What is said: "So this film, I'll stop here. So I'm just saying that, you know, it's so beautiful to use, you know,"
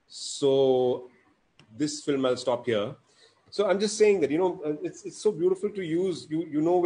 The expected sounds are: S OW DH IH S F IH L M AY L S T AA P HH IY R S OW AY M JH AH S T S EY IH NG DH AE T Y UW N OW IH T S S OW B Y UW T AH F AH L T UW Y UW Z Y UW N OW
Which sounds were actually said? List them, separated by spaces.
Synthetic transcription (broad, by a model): S OW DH IH S F IH L M AY L S T AA P HH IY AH S OW AY M JH AH S T S EY IH NG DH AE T Y UW N OW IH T S S OW B Y UW T AH F AH L T UW Y UW Z Y UW N OW